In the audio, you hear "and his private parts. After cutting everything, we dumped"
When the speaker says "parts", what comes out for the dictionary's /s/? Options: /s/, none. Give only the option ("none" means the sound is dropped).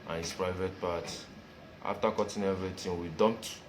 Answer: none